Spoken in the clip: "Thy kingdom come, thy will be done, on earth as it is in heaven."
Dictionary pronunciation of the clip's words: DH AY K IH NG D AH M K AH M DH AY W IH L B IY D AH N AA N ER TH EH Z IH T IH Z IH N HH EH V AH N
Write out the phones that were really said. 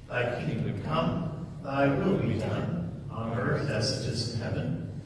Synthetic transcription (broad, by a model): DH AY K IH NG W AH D K AH M DH AY W IH L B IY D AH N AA N ER TH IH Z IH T IH Z IH N HH EH V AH N